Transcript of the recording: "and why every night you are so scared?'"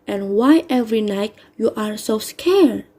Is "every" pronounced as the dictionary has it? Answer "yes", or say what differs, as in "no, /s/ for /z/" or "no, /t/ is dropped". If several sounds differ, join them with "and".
yes